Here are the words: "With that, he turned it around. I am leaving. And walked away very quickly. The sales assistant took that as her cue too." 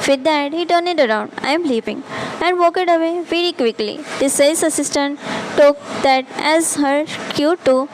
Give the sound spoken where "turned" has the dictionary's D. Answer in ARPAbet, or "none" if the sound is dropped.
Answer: none